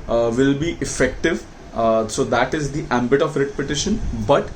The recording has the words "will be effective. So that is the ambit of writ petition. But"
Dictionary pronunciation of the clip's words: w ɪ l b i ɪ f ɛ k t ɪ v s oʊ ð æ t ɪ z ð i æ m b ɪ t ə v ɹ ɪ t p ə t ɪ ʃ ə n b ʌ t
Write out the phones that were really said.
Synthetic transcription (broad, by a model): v ɪ l b i ɪ f ɛ k t ɪ v s oʊ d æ t ɪ z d i æ m b ɪ t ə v ɹ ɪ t p ə t ɪ ʃ ə n b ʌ t